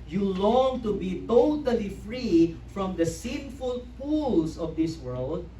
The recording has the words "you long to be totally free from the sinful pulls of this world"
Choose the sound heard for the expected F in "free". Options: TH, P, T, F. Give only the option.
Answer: F